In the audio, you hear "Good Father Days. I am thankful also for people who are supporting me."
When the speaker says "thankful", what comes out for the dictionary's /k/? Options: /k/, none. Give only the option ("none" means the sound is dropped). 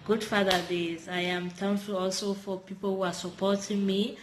none